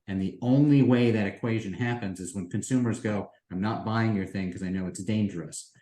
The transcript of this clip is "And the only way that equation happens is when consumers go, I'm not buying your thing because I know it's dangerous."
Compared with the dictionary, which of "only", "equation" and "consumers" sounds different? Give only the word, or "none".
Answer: none